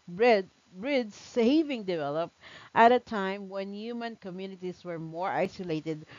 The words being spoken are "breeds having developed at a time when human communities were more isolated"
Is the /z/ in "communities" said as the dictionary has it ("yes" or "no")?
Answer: no